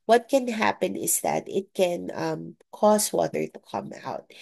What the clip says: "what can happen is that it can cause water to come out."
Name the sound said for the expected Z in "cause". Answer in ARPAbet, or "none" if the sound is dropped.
S